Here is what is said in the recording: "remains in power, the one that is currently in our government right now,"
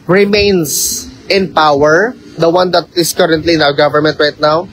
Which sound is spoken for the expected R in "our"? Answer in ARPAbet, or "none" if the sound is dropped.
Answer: W